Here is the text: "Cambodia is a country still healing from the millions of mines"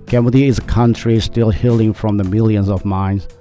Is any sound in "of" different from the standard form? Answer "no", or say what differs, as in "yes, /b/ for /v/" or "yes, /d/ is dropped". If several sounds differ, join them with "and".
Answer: no